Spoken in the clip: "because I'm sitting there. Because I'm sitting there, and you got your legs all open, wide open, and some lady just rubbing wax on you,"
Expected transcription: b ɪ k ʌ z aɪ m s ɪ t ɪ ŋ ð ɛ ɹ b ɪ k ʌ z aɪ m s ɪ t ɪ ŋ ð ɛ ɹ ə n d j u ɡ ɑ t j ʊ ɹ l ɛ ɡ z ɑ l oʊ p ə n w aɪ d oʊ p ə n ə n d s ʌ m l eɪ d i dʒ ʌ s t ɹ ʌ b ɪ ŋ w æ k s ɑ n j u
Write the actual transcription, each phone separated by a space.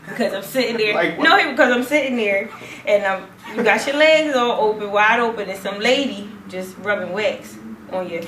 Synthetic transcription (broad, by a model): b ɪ k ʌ z aɪ m s ɪ t ɪ ŋ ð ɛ ɹ b ɪ k ʌ z aɪ m s ɪ t ɪ ŋ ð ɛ ɹ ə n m j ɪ ɡ ɑ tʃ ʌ ɹ l ɛ ɡ z ɑ l oʊ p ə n w aɪ d oʊ p ə n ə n s ʌ m l eɪ d i dʒ ʌ s t ɹ ʌ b ɪ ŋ w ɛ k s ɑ n j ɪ